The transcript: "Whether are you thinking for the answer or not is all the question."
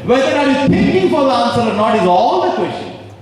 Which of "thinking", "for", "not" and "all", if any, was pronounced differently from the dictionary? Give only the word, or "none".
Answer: thinking